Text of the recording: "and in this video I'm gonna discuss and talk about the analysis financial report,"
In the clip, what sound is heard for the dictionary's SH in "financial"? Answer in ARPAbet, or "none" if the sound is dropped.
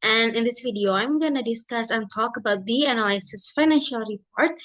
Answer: SH